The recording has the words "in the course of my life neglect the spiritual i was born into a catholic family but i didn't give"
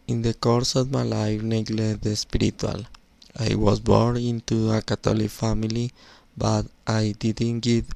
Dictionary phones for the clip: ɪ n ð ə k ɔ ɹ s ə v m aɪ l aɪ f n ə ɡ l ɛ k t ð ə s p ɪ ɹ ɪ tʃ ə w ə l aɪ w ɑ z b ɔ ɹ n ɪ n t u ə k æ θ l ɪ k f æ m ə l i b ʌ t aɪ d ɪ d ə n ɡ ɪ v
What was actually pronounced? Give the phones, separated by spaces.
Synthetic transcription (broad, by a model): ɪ n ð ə k ɔ ɹ s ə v m aɪ l aɪ f n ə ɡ l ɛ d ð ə s p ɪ ɹ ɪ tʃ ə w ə l aɪ w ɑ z b ɔ ɹ n ɪ n t u ə k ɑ t l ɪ k f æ m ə l i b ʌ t aɪ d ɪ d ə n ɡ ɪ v